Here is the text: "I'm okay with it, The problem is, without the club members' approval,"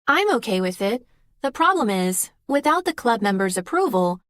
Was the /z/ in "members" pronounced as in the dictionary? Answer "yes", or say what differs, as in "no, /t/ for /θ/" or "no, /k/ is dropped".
yes